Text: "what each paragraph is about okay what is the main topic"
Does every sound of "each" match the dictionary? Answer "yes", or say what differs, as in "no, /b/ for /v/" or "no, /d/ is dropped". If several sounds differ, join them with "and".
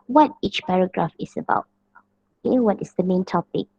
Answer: yes